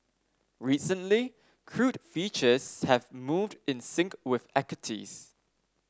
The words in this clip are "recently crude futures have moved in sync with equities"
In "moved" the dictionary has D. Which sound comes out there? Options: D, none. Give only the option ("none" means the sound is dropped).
D